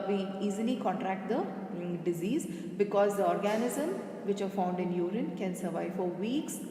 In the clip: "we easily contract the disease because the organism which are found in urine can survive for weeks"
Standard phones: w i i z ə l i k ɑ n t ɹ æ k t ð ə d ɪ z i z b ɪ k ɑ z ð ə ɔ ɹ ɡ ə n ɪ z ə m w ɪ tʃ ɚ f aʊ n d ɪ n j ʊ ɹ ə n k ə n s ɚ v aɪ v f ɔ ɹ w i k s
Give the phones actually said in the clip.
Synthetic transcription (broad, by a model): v i i z ə l i k ɑ n t ɹ æ k t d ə d ɪ z i z b ɪ k ɑ z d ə ɔ ɹ ɡ ə n ɪ z ə m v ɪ tʃ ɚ f aʊ n d ɪ n j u ɹ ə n k ə n s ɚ v aɪ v f ɔ ɹ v i k s